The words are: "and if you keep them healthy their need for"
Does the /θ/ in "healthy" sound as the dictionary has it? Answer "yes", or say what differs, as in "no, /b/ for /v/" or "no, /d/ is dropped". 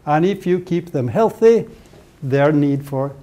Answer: yes